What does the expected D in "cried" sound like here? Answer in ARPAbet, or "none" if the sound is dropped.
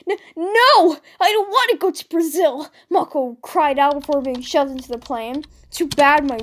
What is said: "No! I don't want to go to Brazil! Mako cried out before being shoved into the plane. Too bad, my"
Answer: D